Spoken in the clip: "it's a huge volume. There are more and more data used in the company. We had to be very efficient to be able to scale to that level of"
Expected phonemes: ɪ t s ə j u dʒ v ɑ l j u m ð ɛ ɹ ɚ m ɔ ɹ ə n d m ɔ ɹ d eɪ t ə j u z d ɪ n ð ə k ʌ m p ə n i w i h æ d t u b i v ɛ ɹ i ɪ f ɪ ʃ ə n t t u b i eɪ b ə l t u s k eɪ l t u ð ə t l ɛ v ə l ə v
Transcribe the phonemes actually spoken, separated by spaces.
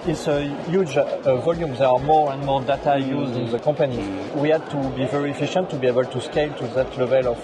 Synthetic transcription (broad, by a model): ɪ t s ə j u dʒ v ɑ l j u m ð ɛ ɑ m ɔ ɹ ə n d m ɔ ɹ d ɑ t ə j u z d ɪ n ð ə k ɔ p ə n i w i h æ d t u b i v ɛ ɹ i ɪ f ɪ ʃ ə n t t u b i eɪ b ə l t u s k eɪ l t u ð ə t l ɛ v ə l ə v